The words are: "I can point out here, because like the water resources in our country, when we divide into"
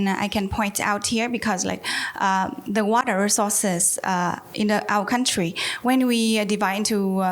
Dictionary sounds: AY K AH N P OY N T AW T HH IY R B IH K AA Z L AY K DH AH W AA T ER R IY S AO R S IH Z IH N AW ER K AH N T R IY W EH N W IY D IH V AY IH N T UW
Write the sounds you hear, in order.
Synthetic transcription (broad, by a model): AY K AH N P OY N T AW T HH IY R B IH K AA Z L AY K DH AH W AA T ER R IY S AO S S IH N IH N AW ER K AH N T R IY W EH N W IY D IH V AY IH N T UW